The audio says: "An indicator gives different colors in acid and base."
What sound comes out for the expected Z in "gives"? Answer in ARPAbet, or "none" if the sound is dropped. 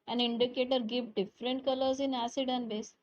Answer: none